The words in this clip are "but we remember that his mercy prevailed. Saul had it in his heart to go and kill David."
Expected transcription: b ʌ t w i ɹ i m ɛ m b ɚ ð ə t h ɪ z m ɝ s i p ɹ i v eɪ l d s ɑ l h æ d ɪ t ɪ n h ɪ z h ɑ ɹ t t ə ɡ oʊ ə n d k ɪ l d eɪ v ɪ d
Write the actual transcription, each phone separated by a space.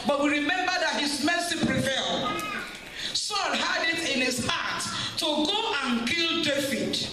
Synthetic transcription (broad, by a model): b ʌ t w i ɹ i m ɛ m b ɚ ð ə t h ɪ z m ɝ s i p ɹ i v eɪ l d s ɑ n h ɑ d ɪ t ɪ n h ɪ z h ɑ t t ə ɡ oʊ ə n k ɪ l d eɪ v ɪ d